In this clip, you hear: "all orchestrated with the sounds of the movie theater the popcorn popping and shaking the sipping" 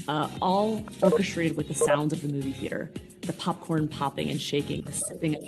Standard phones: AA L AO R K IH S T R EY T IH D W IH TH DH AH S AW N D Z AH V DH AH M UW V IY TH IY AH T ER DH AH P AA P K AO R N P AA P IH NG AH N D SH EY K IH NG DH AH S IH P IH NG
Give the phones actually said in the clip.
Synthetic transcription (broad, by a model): AA L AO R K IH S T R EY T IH D W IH DH AH S AW N D Z AH V DH AH M UW V IY TH IY AH T ER DH AH P AA P K AO R N P AA P IH NG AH N SH EY K IH NG DH AH S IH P IH NG